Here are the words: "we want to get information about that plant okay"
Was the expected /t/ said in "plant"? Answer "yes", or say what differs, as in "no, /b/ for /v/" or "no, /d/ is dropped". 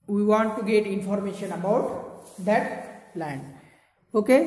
no, /t/ is dropped